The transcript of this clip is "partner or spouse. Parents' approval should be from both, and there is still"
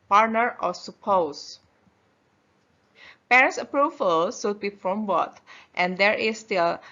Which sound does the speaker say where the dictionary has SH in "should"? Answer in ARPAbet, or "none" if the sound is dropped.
S